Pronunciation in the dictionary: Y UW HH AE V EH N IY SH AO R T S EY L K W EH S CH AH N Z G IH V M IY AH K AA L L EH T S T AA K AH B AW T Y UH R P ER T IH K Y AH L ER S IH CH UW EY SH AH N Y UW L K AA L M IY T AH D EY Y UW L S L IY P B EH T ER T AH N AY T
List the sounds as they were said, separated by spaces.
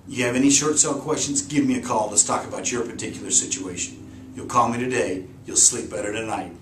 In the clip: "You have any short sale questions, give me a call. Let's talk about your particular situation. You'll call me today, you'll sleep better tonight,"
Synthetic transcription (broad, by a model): Y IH V EH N IY SH AO R T S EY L K W EH S CH AH N Z G IH V M IY AH K AA L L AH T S T AA K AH B AW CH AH R P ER T IH K Y L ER S IH CH UW EY SH AH N Y UW L K AA L M IY T AH D EY Y UW L S L IY P B EH T ER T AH N AY T